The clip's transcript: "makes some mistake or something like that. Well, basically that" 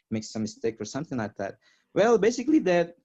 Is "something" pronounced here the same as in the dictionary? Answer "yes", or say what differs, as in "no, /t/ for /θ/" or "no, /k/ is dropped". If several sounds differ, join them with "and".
yes